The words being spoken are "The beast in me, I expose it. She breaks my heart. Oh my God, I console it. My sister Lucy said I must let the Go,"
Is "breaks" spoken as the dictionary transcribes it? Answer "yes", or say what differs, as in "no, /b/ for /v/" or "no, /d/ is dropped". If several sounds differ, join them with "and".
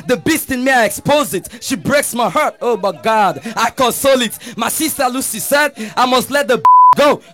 yes